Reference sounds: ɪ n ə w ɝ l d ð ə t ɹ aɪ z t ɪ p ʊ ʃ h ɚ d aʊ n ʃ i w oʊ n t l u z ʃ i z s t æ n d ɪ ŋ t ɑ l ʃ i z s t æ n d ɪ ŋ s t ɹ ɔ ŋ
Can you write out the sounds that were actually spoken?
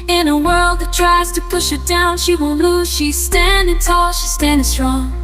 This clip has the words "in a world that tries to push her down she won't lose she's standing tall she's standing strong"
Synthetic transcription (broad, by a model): ɪ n ə w ɝ l d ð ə t ɹ aɪ z t ɪ p ʊ ʃ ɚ d aʊ n ʃ i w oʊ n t l u z ʃ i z s t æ n d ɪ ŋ t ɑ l ʃ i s t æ n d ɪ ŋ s t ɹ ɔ ŋ